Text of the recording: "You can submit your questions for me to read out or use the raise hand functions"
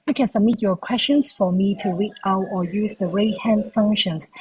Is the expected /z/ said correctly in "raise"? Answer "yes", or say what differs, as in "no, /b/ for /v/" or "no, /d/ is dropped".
no, /z/ is dropped